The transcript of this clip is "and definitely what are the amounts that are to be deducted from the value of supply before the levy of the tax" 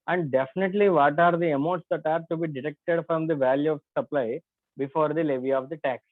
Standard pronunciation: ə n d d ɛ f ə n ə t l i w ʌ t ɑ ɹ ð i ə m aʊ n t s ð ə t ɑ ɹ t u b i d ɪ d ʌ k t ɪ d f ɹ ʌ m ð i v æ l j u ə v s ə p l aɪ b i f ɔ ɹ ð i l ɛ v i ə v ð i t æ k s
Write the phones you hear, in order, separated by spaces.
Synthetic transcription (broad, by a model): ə n d d ɛ f ə n ə t l i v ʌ t ɑ ɹ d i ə m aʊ t s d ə t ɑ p t u b i d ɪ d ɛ k t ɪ d f ɹ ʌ m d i v æ l j u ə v s ə p l aɪ b i f ɔ ɹ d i l ɛ v i ə v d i t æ k s